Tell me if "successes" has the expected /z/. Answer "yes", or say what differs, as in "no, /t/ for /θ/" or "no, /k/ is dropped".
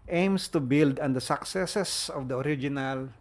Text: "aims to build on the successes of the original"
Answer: no, /s/ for /z/